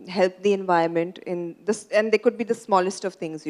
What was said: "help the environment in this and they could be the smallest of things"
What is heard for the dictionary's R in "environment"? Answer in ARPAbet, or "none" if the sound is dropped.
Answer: none